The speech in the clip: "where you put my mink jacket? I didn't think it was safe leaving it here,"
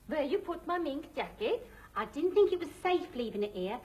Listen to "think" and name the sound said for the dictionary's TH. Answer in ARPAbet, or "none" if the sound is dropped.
TH